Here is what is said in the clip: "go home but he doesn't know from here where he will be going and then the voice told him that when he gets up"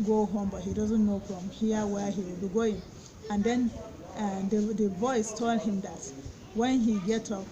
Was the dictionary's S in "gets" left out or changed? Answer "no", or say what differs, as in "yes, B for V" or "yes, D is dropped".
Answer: yes, S is dropped